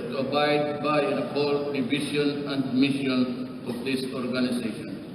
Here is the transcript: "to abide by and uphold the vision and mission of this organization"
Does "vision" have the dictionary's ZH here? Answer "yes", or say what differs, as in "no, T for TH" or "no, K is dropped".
no, SH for ZH